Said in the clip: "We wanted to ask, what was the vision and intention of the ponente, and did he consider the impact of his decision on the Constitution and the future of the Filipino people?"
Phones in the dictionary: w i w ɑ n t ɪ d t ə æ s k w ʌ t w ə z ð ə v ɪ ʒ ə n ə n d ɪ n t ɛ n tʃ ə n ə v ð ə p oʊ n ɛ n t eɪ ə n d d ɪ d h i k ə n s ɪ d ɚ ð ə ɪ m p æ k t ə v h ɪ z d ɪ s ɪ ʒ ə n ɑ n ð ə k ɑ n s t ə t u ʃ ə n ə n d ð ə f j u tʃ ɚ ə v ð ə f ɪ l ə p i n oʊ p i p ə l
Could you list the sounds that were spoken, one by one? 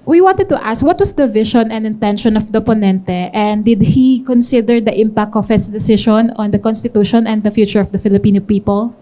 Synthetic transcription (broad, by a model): w i w ɑ n t ɪ d t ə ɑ s k w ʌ t w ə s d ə v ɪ ʃ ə n ə n d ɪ n t ɛ n ʃ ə n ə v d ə p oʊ n ɛ n t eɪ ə n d d ɪ d h i k ə n s ɪ d ɚ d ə ɪ m p æ k t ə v h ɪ s d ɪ s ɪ ʃ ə n ɑ n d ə k ɑ n s t ə t u ʃ ə n ə n d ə f j u tʃ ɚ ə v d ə f ɪ l ə p i n oʊ p i p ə l